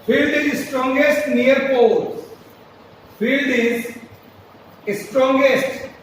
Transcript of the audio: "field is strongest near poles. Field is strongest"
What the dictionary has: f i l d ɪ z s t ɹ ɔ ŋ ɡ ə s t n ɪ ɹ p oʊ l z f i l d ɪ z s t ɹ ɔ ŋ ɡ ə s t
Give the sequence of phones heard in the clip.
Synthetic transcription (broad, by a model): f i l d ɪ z s t ɹ ɔ ŋ ɡ ə s t n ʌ ɹ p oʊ z f i l d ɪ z s t ɹ ɔ ŋ ɡ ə s t